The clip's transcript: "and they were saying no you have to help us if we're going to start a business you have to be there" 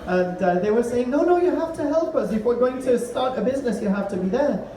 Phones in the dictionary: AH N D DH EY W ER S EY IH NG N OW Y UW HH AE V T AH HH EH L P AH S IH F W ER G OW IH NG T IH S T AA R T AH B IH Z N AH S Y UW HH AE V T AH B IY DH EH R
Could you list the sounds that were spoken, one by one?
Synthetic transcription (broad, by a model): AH N DH EY W ER S EY IH NG N OW Y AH HH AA F T AH HH EH L P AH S IH F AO G OW IH NG T IH S T AA R T AH B IH Z N AH S Y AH HH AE F T AH B IY DH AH R